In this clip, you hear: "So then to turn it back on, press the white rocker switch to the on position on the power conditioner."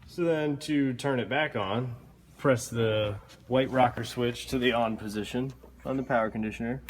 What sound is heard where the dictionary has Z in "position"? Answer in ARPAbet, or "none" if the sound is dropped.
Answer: Z